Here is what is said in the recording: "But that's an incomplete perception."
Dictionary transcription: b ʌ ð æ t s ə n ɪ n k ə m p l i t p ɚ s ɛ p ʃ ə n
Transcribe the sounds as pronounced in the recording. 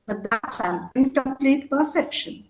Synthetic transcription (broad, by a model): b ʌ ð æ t s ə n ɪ k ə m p l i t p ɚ s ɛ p ʃ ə n